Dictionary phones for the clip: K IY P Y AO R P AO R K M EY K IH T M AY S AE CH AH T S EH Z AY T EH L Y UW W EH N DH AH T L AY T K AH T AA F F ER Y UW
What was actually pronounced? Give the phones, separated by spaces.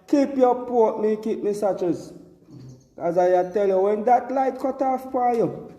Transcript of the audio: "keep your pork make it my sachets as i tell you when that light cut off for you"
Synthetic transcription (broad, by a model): K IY P Y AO P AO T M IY K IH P M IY S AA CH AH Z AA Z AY T EH L Y UW W EH N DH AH T L AY T K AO T AA F P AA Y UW